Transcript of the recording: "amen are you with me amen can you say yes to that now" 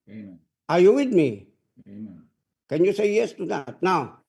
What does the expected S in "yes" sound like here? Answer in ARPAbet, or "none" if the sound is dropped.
S